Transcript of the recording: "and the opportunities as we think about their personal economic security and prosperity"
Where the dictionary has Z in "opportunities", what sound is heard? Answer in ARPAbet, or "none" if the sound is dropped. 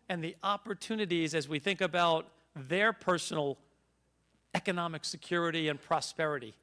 Z